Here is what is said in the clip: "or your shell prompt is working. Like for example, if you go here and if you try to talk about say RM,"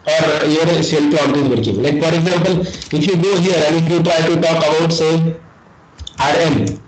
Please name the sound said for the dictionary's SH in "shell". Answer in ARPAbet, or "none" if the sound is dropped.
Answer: S